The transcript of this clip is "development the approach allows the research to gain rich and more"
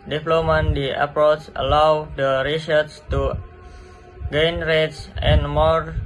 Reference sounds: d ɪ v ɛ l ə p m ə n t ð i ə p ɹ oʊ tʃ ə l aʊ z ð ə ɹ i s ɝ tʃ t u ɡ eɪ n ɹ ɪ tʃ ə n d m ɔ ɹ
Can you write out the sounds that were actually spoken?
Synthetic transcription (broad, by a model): d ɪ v l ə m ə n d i ə p ɹ oʊ tʃ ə l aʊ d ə ɹ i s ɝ s t u ɡ eɪ n ɹ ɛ s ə n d m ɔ ɹ